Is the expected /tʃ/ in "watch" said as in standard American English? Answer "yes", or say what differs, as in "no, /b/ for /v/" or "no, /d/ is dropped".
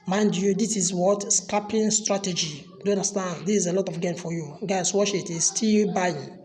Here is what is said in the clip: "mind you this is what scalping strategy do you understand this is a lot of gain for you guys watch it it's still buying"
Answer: no, /ʃ/ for /tʃ/